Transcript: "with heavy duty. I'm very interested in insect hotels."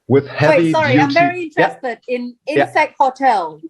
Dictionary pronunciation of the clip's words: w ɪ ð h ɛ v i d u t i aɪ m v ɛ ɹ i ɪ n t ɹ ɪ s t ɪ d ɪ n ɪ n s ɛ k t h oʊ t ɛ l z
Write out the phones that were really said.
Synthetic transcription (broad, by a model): w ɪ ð h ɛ w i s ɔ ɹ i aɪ v ɛ ɹ i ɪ n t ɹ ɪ s t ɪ d ɪ n ɪ n s ɛ k t h oʊ t ɛ l